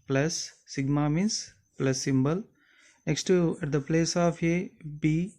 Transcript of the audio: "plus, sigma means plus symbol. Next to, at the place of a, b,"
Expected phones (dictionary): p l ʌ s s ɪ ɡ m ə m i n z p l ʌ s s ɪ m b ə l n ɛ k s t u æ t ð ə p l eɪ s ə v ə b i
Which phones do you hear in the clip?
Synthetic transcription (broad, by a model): p l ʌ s s ɪ ɡ m ə m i n s p l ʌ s s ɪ m b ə l n ɛ k s t u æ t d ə p l eɪ s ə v ə b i